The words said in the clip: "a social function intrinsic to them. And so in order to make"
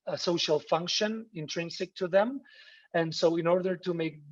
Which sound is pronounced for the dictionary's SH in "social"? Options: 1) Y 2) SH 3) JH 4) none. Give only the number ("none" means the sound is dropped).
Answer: 2